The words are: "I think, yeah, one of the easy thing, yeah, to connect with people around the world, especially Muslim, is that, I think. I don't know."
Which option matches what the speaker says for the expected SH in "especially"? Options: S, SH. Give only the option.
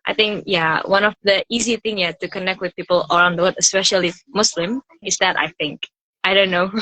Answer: SH